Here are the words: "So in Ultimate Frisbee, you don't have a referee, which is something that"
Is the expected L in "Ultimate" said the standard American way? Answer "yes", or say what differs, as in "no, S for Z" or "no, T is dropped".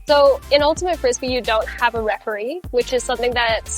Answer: yes